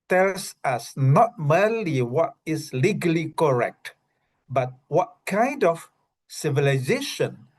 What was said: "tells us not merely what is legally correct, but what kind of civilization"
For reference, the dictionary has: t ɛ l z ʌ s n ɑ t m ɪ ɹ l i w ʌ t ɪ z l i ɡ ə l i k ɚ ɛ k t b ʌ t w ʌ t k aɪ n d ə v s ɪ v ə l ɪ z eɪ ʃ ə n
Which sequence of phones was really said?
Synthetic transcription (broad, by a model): t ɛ l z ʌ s n ɑ t m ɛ l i w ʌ t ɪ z l i ɡ ə l i k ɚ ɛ k t b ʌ t w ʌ t k aɪ n d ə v s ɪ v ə l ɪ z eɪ ʃ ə n